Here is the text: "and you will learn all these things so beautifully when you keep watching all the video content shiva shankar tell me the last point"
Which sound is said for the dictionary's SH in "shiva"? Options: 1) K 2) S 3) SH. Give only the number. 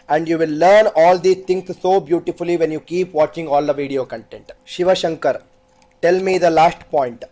3